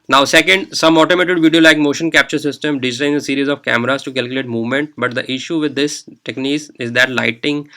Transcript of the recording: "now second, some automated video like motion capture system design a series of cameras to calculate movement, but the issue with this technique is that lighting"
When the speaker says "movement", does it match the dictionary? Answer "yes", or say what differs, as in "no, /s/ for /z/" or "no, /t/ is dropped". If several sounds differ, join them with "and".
yes